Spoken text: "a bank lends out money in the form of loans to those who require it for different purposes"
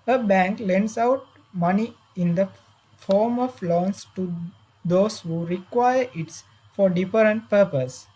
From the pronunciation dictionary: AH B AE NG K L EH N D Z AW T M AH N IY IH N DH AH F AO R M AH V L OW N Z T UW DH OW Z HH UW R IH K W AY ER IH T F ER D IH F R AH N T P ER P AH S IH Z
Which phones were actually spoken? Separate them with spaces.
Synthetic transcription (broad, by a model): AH B AE NG K L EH N D S AW T M AH N IY IH N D AH F AO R M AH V L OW N S T UW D OW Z HH UW R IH K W AY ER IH T F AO D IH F R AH N T P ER P AH S